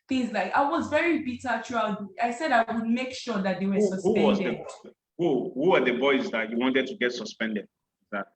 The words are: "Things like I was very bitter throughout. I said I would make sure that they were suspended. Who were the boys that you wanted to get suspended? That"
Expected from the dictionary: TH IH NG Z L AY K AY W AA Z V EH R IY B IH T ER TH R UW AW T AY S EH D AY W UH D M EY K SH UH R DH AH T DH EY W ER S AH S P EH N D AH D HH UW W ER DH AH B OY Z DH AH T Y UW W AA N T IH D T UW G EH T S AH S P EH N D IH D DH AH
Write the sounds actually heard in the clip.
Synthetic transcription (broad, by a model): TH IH NG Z L AY K AY W AA Z V EH R IY B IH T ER T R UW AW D AY S EH D AY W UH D M EY K SH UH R DH AH T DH EY W ER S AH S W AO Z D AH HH HH UW W ER DH AH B OY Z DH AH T Y UW W AA N T IH D T UW G EH T S AH S P EH N D IH D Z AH